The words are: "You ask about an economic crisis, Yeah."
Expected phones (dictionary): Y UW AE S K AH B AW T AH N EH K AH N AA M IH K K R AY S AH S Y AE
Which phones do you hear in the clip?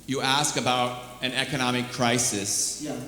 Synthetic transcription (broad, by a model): Y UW AE S K AH B AW T AH N EH K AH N AA M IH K K R AY S AH S